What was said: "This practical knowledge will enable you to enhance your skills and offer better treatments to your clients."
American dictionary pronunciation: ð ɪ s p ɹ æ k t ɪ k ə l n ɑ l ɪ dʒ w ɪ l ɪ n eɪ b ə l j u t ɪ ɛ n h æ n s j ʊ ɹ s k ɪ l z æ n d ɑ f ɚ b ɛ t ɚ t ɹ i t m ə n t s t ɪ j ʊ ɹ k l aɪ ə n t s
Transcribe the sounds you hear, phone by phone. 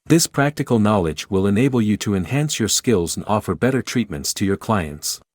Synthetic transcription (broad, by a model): ð ɪ s p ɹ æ k t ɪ k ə l n ɑ l ɪ dʒ w ɪ l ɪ n eɪ b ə l j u t ɪ ɛ n h æ n s j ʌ ɹ s k ɪ l z n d ɑ f ɚ b ɛ t ɚ t ɹ i t m ə n t s t ɪ j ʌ ɹ k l aɪ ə n t s